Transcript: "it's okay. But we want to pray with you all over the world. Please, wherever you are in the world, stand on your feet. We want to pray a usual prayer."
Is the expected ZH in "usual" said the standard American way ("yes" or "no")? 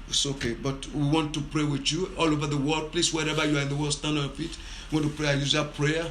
no